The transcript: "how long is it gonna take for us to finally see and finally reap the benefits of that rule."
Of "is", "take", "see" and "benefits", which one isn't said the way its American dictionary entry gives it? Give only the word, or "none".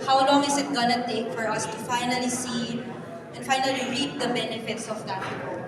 is